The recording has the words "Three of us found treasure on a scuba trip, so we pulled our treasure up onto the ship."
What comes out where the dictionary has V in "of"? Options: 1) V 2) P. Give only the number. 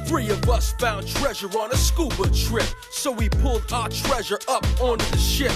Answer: 1